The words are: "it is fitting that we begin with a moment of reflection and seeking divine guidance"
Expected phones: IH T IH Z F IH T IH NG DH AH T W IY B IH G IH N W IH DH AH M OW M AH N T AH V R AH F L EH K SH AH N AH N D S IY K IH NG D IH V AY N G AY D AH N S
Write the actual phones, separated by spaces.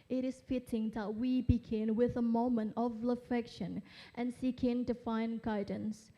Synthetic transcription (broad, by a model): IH T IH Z F IH T IH NG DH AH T W IY B IH G IH N W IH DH AH M OW M AH N T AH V L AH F EH K SH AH N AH N S IY K IH NG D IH F AY N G AY D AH N S